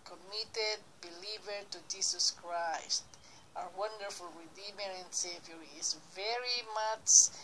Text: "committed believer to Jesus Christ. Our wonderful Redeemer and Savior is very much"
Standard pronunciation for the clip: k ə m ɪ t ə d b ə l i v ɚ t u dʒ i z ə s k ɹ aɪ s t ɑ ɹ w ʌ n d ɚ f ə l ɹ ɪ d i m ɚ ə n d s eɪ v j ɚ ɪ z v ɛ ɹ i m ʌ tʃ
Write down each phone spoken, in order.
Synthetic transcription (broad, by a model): k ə m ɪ t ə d b ə l i v ɚ t u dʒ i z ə s k ɹ aɪ s t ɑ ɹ w ʌ n d ɚ f ə l ɹ ɪ d i m ɚ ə n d s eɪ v j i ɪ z v ɛ ɹ i m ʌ tʃ